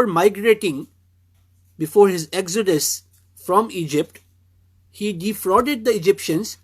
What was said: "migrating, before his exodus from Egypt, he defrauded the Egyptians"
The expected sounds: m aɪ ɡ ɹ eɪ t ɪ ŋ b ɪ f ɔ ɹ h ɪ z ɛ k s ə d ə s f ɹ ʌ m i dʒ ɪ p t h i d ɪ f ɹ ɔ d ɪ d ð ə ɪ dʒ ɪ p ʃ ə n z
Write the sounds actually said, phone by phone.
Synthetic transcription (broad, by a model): m aɪ ɡ ɹ eɪ t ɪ ŋ b ɪ f ɔ ɹ h ɪ z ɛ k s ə d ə s f ɹ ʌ m i dʒ ɪ p t h i d ɪ f ɹ ɔ d ɪ d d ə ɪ dʒ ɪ p ʃ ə n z